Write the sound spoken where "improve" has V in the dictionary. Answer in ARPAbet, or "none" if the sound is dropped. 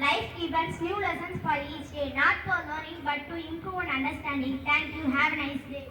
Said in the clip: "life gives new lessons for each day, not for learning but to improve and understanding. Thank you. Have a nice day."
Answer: none